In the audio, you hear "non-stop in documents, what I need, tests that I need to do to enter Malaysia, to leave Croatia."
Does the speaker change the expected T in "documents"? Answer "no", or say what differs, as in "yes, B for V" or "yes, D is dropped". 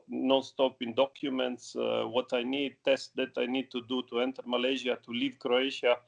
no